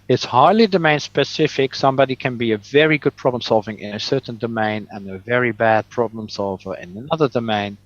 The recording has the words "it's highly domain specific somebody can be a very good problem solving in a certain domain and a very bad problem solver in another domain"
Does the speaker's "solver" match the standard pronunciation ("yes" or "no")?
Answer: yes